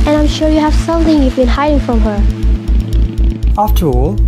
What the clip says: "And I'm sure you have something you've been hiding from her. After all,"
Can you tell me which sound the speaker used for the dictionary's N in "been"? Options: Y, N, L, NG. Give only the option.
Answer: N